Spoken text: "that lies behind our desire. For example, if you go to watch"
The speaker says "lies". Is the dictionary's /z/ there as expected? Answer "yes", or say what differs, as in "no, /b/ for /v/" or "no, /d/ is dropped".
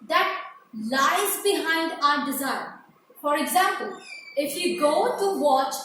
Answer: yes